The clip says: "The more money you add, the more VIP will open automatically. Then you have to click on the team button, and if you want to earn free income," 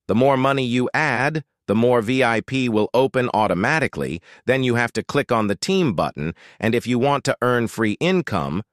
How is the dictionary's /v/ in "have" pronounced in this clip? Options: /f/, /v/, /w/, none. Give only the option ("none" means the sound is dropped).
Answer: /f/